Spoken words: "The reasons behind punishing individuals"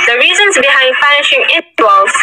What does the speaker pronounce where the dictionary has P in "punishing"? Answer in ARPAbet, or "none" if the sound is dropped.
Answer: F